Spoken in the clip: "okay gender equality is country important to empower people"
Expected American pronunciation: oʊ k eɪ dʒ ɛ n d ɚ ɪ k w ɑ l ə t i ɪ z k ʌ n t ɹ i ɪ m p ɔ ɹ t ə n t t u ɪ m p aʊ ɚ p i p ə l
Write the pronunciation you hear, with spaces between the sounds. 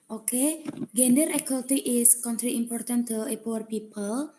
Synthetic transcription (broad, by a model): oʊ k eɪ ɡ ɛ n d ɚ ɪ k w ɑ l t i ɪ s k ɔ n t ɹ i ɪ m p ɔ ɹ t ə n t t u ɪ p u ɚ p i p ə l